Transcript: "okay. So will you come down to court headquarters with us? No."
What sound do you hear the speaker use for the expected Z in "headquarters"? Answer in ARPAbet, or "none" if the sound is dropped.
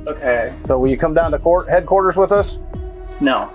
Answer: Z